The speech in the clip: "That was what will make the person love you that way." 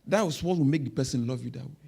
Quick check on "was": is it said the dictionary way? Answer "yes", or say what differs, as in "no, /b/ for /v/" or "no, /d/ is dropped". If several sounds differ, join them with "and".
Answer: no, /s/ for /z/